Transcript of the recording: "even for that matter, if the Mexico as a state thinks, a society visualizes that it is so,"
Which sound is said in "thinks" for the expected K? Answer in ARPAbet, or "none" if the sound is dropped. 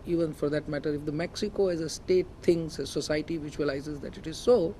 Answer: none